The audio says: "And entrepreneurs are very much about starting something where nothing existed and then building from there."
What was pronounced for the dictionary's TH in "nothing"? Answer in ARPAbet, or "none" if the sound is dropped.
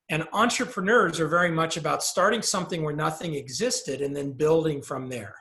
TH